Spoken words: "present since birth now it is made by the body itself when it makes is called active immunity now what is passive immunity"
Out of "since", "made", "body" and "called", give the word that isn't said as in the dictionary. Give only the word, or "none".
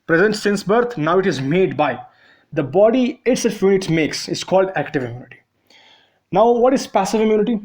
none